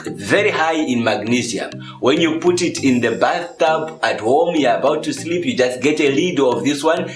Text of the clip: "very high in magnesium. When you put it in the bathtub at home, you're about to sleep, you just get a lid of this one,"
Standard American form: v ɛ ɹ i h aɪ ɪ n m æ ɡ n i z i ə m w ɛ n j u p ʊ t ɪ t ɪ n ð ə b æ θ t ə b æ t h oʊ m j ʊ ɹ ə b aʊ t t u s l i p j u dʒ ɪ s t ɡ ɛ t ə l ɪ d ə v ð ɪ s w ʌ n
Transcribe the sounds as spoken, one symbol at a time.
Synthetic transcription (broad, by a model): v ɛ ɹ i h aɪ ɪ n m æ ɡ n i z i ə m w ɛ n j u p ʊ t ɪ t ɪ n ð ə b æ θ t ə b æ t h oʊ m j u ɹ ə b aʊ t t u s l i p j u dʒ ɪ s t ɡ ɛ t ə l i d ə v ð ɪ s w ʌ n